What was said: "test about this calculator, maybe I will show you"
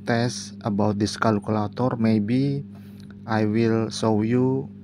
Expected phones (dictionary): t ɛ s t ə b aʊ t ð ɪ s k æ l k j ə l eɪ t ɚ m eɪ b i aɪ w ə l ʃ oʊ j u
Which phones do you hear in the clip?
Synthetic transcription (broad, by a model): t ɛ s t ə b aʊ t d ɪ s k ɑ l k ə l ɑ t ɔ m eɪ b i aɪ w ə l s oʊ j u